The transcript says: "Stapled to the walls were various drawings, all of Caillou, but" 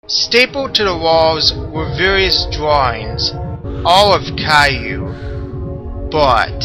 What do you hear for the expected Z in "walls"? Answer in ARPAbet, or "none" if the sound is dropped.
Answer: Z